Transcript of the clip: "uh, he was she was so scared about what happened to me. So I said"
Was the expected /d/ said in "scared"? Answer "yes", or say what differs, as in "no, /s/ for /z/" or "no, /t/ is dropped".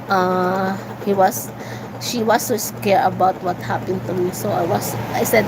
no, /d/ is dropped